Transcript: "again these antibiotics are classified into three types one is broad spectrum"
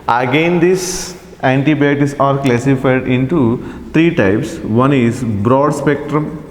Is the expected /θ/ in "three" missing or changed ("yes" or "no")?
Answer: yes